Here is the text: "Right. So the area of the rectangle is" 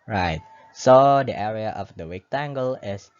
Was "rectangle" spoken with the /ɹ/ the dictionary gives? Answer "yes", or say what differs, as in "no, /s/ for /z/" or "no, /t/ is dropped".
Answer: no, /w/ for /ɹ/